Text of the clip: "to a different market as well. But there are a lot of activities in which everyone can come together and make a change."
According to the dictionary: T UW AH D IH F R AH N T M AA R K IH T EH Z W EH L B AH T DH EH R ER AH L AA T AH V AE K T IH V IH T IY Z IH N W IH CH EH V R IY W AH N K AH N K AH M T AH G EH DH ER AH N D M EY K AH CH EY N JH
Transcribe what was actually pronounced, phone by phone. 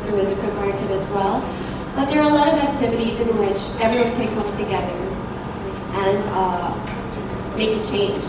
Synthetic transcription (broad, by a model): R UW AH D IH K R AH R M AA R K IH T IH Z W EH L B AH T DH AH R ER AH L AA T AH V AE K T IH V IH T IY Z IH N W IH CH EH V R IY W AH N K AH K AH M T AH G EH DH ER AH N M EY K AH CH EY N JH